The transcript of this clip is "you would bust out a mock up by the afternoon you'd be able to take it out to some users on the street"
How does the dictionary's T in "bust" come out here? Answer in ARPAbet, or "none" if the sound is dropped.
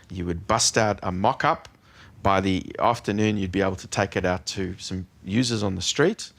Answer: T